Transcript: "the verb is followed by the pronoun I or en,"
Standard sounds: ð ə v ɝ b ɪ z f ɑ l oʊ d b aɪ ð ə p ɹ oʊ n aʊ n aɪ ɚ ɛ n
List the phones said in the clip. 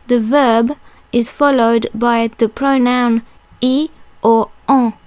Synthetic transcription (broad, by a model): ð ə v ɝ b ɪ z f ɑ l oʊ d b aɪ ð ə p ɹ oʊ n aʊ n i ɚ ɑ